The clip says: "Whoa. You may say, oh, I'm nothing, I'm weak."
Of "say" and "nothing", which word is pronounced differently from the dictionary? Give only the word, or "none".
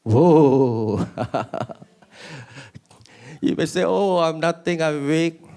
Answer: nothing